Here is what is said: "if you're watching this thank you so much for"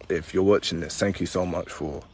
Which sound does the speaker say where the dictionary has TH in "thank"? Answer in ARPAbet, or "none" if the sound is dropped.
TH